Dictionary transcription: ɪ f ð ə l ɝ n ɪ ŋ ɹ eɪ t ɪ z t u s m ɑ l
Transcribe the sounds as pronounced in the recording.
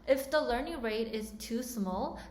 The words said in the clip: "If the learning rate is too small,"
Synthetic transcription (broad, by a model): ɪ f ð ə l ɝ n ɪ ŋ ɹ eɪ t ɪ z t u s m ɑ l